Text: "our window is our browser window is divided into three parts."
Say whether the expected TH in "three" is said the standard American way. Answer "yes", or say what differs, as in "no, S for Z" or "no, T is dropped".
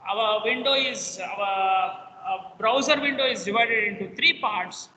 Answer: no, T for TH